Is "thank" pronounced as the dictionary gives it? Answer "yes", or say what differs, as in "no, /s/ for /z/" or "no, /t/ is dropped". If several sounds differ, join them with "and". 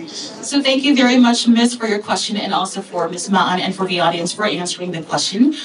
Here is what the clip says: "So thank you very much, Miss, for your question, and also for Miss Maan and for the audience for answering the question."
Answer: yes